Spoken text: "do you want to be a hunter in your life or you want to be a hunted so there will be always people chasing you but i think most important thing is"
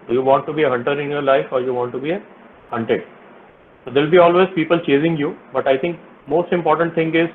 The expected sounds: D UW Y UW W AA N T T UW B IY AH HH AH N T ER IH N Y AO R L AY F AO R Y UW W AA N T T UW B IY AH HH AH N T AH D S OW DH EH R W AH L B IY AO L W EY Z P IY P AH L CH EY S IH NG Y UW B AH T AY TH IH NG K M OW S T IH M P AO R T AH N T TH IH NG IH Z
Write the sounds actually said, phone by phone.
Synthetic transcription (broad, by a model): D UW Y UW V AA N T T UW B IY AH HH AH N T ER IH N Y AO R L AY F AO R Y UW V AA N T T UW B IY AH HH AH N T AH D S OW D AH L B IY AO L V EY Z P IY P AH L CH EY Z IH NG Y UW B AH T AY T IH NG K M OW S T IH M P AO R T AH N T T IH NG IH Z